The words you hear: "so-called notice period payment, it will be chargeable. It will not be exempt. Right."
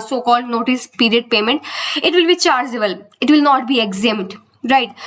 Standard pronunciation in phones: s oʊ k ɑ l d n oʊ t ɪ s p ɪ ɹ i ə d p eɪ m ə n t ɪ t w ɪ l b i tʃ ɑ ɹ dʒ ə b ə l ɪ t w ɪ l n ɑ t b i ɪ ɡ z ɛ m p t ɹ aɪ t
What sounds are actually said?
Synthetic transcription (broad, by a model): s oʊ k ɑ l d n oʊ t ɪ s p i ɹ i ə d p eɪ m ə n t ɪ t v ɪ l b i tʃ ɑ ɹ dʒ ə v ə l ɪ t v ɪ l n ɑ t b i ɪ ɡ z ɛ m t ɹ aɪ t